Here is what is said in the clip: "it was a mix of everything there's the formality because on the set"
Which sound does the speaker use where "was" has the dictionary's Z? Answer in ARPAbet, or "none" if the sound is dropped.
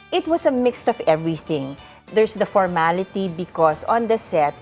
S